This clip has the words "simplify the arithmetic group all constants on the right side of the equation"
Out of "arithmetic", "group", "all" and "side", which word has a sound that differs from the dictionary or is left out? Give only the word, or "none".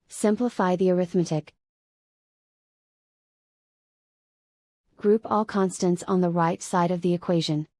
none